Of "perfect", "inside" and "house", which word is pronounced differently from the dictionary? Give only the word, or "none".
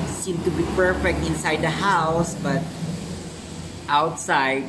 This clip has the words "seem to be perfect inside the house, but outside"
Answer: none